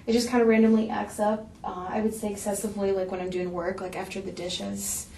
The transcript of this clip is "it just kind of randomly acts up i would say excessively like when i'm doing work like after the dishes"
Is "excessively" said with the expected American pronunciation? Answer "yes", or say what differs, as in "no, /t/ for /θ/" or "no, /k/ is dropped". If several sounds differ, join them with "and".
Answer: yes